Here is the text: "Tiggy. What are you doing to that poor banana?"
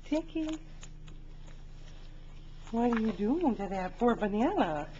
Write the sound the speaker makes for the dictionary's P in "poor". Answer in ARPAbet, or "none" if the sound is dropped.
F